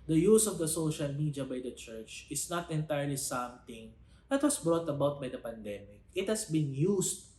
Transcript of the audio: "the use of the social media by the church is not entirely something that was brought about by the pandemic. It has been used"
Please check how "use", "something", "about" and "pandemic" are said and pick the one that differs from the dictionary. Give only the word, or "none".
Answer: something